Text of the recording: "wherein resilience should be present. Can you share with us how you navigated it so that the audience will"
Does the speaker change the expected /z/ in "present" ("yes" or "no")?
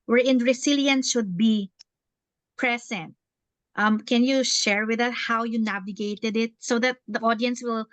yes